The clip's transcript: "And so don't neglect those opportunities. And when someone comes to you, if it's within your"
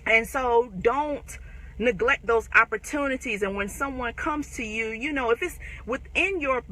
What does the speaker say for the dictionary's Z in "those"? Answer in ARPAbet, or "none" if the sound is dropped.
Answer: Z